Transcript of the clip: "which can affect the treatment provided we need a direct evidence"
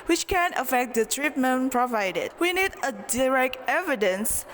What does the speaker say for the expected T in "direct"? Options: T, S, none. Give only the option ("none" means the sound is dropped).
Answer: T